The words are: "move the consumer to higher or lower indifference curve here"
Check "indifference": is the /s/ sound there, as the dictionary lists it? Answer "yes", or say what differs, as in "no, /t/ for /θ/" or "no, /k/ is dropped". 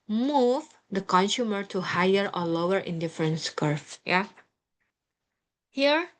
yes